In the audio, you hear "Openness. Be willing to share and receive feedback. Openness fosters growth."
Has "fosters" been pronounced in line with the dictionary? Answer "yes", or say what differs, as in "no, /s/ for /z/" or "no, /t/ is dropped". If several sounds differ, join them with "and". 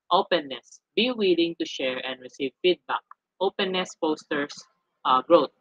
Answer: no, /p/ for /f/ and /s/ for /z/